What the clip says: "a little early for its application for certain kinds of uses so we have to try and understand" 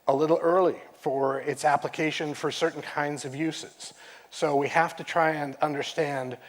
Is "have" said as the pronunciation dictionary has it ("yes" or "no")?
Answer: no